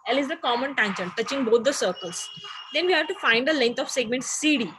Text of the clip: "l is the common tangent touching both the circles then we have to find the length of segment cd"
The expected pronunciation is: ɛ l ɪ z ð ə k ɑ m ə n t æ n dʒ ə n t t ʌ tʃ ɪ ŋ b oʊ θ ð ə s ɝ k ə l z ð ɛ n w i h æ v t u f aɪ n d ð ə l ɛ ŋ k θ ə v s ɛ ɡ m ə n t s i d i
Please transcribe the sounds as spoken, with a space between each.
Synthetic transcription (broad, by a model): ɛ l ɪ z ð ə k ɑ m ə n t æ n ʃ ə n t t ʌ tʃ ɪ ŋ b oʊ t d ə s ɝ k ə l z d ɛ n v i h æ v t u f aɪ n d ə l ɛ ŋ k t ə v s ɛ ɡ m ə n t s i d i